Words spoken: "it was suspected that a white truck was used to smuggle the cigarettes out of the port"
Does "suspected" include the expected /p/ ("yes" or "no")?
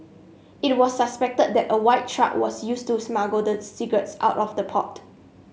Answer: yes